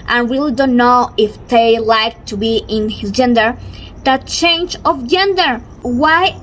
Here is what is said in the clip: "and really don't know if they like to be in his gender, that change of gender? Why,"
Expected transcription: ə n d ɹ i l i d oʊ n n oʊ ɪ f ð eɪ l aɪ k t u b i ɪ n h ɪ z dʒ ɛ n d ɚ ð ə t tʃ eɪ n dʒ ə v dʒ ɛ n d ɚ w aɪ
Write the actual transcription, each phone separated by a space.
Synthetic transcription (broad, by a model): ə n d ɹ i l i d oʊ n n oʊ ɪ f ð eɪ l aɪ k t u b i ɪ n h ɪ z dʒ ɛ n d ɚ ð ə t tʃ eɪ n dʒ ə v dʒ ɛ n d ɚ w aɪ